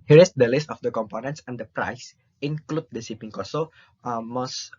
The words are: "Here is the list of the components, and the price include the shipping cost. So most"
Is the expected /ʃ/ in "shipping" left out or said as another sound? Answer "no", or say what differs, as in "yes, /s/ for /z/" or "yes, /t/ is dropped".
yes, /s/ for /ʃ/